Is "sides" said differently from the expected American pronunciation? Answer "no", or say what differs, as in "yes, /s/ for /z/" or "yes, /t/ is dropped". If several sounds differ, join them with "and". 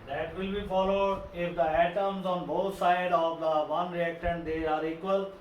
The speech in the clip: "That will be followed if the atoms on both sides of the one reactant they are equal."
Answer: yes, /z/ is dropped